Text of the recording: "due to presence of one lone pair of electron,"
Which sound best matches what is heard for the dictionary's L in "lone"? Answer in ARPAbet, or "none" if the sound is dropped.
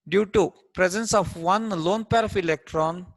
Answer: L